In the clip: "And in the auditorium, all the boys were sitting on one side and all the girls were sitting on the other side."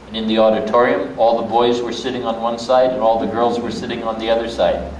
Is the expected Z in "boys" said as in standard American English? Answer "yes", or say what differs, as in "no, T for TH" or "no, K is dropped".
yes